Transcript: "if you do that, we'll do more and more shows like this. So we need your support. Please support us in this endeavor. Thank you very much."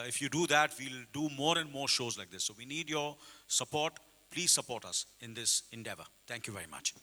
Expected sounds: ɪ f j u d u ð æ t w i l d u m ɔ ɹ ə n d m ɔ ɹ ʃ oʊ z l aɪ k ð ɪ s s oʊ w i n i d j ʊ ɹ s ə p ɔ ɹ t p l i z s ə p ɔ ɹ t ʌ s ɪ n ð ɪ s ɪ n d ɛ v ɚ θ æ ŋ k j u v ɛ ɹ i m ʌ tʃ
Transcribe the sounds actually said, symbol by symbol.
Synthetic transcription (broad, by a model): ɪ f j u d u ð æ t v i l d u m ɔ ɹ ə n d m ɔ ɹ ʃ oʊ z l aɪ k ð ɪ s s oʊ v i n i d j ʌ ɹ s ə p ɔ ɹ t p l i z s ə p ɔ ɹ t ʌ s ɪ n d ɪ s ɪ n d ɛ v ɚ t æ ŋ k j u v ɛ ɹ i m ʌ tʃ